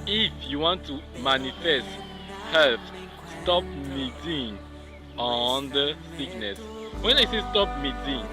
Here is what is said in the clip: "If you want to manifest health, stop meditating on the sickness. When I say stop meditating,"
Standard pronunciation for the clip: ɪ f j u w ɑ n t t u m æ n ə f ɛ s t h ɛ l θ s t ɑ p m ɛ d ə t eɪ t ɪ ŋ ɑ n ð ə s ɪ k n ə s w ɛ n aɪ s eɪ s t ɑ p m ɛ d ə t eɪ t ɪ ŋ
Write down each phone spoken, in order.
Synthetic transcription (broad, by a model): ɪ f j u w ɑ n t t u m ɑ n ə f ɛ s t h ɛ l f s t ɑ p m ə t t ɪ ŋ ɑ n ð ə s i k n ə s w ɛ n aɪ s eɪ s t ɑ p m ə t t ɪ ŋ